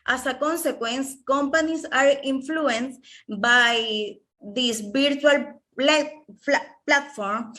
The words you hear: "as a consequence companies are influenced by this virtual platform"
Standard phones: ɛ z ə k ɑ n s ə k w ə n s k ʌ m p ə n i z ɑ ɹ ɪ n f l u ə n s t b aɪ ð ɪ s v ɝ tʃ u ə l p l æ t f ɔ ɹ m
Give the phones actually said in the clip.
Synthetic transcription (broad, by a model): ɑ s ə k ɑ n s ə k w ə n s k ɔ m p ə n i s ɑ ɹ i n f l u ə n s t b aɪ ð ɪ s b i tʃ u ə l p l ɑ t f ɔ ɹ m